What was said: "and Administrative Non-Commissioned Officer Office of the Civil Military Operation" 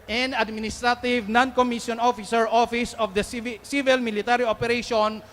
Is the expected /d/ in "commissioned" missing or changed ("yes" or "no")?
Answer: yes